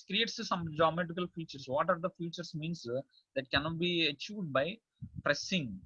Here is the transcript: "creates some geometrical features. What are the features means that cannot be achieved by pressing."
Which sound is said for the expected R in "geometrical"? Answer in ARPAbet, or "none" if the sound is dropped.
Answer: none